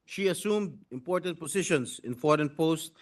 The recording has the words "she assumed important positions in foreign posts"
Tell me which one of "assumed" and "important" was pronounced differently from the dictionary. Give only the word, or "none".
none